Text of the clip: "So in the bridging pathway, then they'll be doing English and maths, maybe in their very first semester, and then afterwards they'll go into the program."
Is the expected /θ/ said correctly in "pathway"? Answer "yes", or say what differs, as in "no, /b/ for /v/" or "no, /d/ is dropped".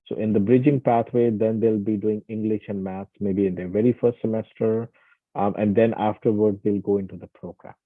no, /t/ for /θ/